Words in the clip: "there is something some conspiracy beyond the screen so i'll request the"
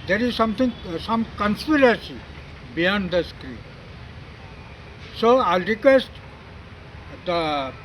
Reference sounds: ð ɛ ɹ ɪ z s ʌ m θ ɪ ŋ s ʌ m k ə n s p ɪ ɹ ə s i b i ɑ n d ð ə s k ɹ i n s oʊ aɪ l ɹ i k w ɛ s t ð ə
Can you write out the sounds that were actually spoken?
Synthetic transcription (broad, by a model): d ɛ ɹ ɪ z s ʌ m t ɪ ŋ s ʌ m k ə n s p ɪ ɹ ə s i b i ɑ n d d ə s k ɹ i n s oʊ aɪ l ɹ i k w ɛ s t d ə